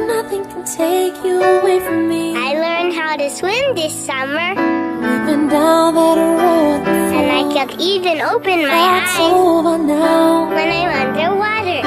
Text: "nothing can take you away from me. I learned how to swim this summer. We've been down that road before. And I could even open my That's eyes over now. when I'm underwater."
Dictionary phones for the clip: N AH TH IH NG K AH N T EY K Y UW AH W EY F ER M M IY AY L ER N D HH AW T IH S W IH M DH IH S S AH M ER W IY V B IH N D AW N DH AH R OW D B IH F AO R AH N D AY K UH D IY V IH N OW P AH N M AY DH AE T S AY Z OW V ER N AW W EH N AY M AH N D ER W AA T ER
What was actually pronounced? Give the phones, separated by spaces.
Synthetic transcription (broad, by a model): N AH TH IH NG K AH N T EY K Y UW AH W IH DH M M IY AY L ER N D HH AW T IH S W IH M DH IH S S AH M ER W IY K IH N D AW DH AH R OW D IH AO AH N AY K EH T IY V IH N OW P AH N M AY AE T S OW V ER N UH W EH N AY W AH N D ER W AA T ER